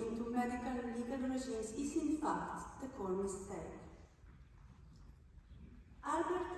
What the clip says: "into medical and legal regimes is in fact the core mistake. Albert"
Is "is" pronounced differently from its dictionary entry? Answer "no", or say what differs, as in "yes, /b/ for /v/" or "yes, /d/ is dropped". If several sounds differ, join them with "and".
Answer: yes, /s/ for /z/